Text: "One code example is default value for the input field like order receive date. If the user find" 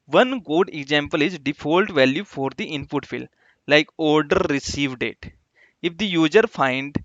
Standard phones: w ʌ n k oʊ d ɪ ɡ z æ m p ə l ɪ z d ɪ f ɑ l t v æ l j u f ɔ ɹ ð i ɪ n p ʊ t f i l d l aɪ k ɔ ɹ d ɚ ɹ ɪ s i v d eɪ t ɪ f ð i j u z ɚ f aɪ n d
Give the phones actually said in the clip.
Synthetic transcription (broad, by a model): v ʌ n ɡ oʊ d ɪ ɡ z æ m p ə l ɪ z d ɪ f ɑ l t v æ l j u f ɔ ɹ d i ɪ n p ʊ t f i l l aɪ k ɔ ɹ d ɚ ɹ ɪ s i v d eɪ t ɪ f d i j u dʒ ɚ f aɪ n d